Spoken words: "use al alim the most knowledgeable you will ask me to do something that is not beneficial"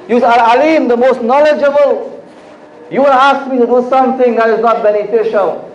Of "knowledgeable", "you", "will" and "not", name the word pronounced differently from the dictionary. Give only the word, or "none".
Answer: will